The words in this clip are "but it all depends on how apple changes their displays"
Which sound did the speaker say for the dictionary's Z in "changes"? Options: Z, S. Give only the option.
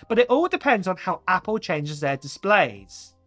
Z